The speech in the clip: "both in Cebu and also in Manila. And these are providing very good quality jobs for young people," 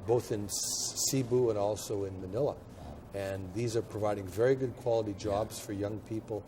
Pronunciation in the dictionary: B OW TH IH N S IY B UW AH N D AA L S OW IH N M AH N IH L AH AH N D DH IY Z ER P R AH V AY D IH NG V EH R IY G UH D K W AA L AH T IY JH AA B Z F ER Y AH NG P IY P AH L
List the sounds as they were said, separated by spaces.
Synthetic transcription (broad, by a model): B OW TH IH N S IY B UW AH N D AA L S OW IH N M AH N IH L AH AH N DH IY Z ER P R AH V AY D IH NG V EH R IY G UH D K W AA L AH T IY JH AA B Z F ER Y AH NG P IY P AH L